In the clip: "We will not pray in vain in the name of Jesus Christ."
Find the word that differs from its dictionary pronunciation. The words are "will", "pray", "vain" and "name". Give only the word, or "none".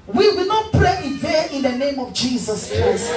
vain